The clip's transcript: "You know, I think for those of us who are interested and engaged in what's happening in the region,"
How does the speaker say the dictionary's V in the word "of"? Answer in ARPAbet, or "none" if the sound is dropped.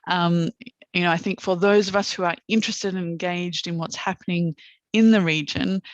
V